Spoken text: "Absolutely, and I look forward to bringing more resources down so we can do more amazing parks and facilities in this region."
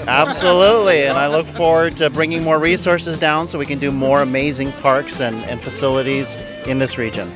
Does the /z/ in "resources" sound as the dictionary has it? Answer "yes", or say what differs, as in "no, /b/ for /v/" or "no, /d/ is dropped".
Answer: yes